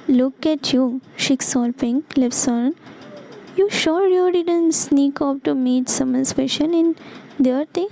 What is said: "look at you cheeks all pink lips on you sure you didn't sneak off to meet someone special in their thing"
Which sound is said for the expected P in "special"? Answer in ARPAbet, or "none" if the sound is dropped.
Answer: F